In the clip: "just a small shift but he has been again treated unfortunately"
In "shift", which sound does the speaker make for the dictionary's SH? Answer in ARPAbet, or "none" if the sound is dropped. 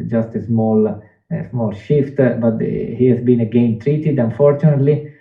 SH